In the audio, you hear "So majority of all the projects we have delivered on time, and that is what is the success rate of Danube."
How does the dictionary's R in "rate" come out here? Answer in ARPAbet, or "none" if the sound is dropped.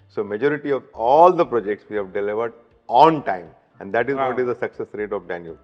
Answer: R